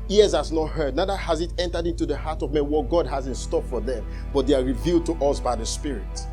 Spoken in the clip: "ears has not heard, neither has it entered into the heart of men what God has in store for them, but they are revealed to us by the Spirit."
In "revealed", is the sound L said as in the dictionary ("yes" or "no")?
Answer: yes